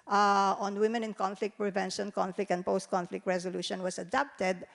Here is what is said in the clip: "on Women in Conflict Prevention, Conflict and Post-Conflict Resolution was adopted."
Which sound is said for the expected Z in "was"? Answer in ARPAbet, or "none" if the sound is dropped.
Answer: S